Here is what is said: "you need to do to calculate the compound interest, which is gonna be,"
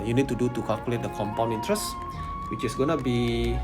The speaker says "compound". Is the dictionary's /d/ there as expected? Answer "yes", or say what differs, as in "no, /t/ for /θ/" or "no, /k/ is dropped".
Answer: no, /d/ is dropped